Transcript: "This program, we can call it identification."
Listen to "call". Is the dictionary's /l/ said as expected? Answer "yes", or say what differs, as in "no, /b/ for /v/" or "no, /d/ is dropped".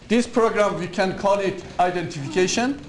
no, /n/ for /l/